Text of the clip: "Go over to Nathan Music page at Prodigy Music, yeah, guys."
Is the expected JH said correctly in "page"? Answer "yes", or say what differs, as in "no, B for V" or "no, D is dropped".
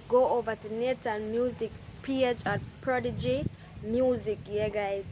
no, CH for JH